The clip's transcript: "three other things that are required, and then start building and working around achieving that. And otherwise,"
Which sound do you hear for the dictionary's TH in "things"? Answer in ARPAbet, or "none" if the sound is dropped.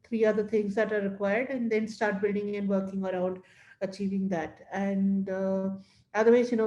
T